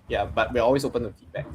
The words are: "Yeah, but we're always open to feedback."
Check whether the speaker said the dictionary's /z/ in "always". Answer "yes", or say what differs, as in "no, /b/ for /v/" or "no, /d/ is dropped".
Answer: no, /s/ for /z/